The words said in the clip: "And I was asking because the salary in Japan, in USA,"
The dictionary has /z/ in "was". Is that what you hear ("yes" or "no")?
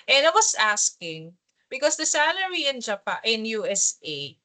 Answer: no